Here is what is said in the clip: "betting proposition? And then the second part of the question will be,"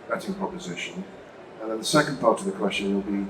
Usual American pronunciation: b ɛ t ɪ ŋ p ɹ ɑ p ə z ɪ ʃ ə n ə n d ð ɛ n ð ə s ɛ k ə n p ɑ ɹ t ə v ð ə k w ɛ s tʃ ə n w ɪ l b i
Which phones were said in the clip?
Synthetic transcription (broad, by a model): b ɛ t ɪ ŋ p ɹ ɑ p ə z ɪ ʃ ə n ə n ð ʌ n ð ə s ɛ k ə n p ɑ ɹ t ə v ð ə k w ɛ s tʃ ə n w ɪ l b i